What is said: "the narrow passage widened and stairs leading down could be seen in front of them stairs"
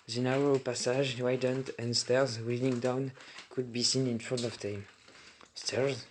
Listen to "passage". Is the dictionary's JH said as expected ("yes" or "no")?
no